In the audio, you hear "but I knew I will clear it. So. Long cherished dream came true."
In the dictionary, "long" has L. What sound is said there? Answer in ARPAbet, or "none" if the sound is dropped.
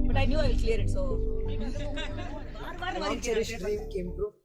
N